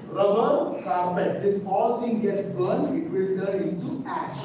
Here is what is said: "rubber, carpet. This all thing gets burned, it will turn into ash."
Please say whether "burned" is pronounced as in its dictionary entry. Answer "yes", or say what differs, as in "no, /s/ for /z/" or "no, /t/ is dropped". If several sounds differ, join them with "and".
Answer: no, /d/ is dropped